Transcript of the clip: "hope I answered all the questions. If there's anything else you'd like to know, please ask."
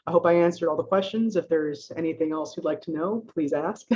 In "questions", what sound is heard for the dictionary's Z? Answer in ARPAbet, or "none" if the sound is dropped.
Z